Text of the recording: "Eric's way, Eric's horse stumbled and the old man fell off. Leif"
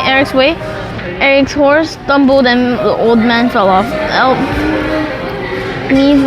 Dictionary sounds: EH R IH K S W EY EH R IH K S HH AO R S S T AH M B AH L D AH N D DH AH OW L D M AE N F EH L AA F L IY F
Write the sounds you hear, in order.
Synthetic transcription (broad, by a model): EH R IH K S W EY EH R IH K S HH AO R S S T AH M B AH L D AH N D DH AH OW L D M AE N F EH L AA F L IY